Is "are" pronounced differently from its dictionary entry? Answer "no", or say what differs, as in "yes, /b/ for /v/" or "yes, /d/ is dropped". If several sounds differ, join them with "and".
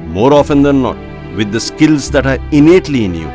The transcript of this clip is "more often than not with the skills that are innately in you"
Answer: no